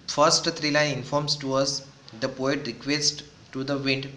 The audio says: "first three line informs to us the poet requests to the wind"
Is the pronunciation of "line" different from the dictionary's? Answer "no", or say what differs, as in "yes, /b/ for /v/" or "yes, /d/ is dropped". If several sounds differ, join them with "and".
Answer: yes, /n/ is dropped